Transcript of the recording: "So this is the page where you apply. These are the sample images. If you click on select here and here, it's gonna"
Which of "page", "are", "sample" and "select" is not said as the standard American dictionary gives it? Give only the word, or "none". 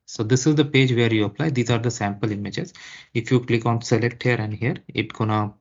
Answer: none